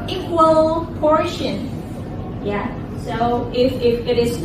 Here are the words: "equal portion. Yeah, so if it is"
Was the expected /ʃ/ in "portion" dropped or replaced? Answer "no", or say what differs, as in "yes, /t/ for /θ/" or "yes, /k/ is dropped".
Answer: no